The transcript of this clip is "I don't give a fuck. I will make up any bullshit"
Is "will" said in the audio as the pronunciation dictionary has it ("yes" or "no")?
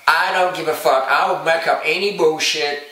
no